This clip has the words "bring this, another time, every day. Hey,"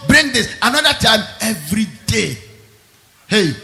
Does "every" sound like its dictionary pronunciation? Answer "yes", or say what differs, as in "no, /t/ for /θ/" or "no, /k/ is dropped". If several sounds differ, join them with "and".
yes